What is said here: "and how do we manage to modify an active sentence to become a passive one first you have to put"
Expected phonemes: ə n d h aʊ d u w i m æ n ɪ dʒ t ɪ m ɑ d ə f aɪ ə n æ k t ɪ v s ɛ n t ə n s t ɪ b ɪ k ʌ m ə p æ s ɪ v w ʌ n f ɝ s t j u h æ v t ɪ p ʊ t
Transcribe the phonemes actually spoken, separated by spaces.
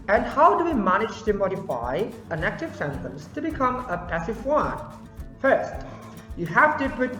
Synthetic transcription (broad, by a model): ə n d h aʊ d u w i m æ n ɪ dʒ t ɪ m ɑ d ə f aɪ ə n æ k t ɪ v s ɛ n t ə n s t ɪ b ɪ k ʌ m ə p æ s ɪ v w ʌ n f ɝ s t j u h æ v t ɪ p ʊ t